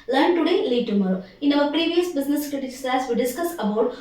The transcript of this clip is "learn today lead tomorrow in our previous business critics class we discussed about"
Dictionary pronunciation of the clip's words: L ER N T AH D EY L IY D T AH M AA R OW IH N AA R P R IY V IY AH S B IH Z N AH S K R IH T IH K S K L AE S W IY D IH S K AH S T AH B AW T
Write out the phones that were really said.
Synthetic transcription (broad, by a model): L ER N T AH D EY L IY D T AH M AA R OW IH N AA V P R IY V IY AH S B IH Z N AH S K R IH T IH S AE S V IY D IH S K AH S AH B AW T